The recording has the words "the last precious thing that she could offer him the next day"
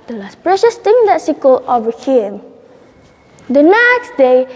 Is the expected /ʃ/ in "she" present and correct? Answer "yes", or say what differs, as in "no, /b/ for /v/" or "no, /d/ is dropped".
no, /s/ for /ʃ/